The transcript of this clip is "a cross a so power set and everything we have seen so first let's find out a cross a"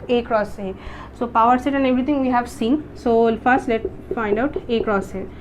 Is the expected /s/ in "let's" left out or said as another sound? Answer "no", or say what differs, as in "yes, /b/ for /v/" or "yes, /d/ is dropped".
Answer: yes, /s/ is dropped